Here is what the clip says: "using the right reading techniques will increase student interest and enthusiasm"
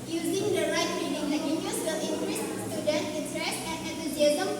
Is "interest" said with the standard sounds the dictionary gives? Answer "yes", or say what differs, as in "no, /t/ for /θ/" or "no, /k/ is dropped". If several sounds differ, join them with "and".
no, /n/ is dropped and /t/ is dropped